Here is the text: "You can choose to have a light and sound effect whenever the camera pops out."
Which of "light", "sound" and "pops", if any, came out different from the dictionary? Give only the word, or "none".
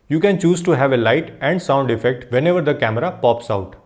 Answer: none